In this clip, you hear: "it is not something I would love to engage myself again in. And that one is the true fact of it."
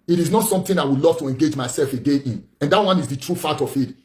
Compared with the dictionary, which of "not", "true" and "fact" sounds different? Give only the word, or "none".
fact